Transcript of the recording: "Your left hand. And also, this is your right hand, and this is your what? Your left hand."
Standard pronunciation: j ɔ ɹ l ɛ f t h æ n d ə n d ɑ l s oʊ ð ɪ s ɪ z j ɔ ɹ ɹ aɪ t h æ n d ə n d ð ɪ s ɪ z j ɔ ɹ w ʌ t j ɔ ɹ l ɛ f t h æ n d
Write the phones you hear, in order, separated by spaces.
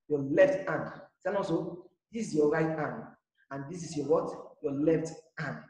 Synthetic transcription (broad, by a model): j ɔ l ɛ f t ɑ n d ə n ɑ s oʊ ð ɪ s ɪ s j ɔ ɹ ɹ aɪ t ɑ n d ə n d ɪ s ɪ s j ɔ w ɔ t j ɔ l ɛ f t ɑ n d